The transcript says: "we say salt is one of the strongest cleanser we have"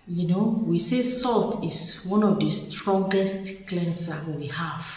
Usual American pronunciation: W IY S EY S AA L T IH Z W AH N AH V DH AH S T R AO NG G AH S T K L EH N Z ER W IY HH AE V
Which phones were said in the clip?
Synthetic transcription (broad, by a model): W IY S EY S AA L T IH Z W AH N AH V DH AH S T R AO NG G AH S T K L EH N S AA W IY HH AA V